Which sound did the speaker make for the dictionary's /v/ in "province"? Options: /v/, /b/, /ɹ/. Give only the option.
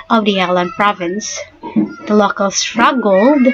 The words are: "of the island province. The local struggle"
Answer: /v/